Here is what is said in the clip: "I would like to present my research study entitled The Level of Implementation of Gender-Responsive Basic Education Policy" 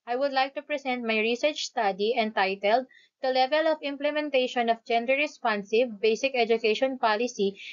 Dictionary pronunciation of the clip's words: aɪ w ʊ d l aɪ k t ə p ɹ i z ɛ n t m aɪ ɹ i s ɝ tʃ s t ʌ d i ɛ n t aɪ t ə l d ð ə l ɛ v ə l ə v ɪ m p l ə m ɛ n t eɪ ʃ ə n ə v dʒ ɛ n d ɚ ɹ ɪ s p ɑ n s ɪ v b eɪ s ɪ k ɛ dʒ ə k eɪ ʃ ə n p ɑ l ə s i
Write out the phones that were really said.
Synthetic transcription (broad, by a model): aɪ w ʊ d l aɪ k t ə p ɹ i s ɛ n t m aɪ ɹ i s ɝ tʃ s t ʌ d i ɛ n t aɪ t ə l d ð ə l ɛ v ə l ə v ɪ m p l ə m ɛ n t eɪ ʃ ə n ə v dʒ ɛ n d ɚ ɹ ɪ s p ɑ n s ɪ v b eɪ s ɪ k ɛ dʒ ə k eɪ ʃ ə n p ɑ l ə s i